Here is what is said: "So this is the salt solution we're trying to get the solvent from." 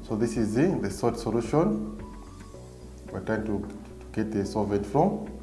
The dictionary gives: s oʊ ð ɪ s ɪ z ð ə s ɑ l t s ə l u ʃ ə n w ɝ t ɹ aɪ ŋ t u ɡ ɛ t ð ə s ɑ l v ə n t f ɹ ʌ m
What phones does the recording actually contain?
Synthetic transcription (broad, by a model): s oʊ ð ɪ s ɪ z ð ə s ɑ t s ə l u ʃ ə n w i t aɪ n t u ɡ ɛ t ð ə s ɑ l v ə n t f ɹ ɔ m